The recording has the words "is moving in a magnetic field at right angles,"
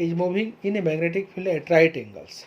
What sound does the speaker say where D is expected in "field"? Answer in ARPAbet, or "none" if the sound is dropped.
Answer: none